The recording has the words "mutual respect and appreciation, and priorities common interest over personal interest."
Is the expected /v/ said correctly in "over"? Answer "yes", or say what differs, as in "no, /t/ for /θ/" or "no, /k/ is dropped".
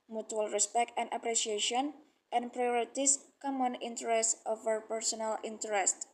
no, /f/ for /v/